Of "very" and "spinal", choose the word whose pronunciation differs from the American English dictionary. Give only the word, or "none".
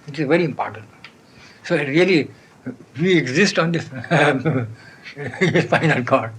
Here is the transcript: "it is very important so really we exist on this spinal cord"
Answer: spinal